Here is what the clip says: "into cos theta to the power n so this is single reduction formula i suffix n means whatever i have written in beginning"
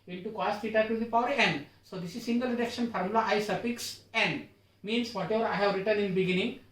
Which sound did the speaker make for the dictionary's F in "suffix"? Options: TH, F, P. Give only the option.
P